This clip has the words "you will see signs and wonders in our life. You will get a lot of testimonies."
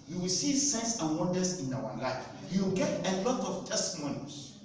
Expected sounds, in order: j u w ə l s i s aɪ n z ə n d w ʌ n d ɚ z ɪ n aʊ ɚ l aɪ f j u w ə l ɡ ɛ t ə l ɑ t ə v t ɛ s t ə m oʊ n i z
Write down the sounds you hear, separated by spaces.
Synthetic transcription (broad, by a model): j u w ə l s i s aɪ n s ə n w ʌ n d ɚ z ɪ n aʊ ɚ l aɪ f j u ɡ ɛ t ə l ɑ t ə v t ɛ s t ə m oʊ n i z